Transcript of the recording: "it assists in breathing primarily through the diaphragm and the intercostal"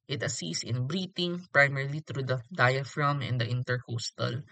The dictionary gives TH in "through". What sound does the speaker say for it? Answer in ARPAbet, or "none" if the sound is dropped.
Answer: T